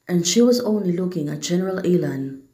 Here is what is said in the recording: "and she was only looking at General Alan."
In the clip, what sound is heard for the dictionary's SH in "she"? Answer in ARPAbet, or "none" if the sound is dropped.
SH